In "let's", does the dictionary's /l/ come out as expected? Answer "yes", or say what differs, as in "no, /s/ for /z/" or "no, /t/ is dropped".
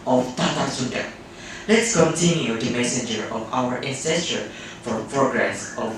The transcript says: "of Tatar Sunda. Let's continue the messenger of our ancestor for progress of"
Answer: yes